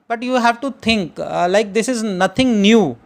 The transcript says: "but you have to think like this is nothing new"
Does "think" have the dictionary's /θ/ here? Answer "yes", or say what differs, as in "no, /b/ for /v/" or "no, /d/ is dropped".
no, /t/ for /θ/